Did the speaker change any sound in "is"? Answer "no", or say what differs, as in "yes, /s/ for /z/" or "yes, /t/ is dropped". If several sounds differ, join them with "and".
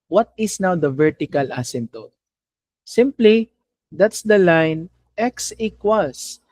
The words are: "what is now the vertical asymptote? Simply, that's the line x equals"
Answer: yes, /s/ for /z/